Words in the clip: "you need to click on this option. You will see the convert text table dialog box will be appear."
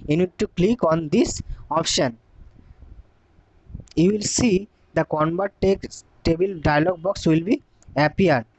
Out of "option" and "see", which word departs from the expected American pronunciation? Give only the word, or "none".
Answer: none